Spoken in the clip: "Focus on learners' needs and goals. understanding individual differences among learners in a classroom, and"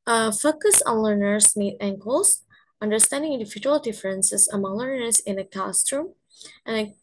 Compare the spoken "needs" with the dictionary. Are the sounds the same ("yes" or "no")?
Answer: no